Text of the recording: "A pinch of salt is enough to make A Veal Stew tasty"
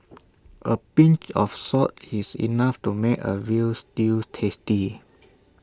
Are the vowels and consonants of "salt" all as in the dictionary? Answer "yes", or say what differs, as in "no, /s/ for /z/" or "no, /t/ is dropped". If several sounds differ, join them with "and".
no, /l/ is dropped